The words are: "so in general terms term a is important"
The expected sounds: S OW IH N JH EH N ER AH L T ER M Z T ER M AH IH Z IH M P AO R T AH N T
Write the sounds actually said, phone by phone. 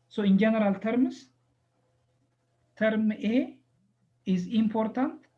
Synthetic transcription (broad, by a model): S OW IH N JH EH N ER AH L T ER M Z T ER M AH IH Z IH M P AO R T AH N T